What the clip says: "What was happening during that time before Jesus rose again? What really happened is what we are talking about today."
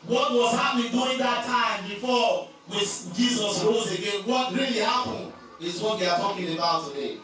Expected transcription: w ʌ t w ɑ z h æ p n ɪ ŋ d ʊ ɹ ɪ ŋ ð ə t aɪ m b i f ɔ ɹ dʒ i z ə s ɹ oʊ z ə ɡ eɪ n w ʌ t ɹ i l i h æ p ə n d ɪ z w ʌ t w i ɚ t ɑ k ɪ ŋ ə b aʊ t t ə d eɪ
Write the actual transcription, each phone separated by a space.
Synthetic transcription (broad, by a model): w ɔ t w ɑ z h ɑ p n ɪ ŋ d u ɪ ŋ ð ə t aɪ m b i f ɔ w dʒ i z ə s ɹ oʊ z ə ɡ eɪ n w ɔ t ɹ i l i h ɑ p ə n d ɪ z w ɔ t w i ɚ t ɑ k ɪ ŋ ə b aʊ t t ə d eɪ